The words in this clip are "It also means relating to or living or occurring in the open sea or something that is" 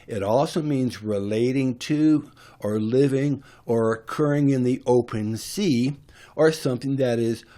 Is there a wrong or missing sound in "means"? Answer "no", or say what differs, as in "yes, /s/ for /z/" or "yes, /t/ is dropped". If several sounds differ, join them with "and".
no